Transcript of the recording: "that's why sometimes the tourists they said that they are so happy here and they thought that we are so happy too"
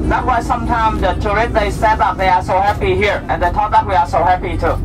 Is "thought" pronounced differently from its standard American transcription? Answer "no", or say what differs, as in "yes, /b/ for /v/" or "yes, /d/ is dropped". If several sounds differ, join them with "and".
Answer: yes, /t/ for /θ/